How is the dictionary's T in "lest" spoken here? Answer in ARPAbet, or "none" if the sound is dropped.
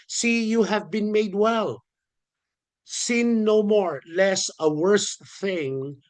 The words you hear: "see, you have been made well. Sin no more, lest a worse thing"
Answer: none